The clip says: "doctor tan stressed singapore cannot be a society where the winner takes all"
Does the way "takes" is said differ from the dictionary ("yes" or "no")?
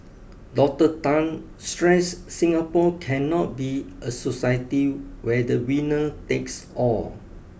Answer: no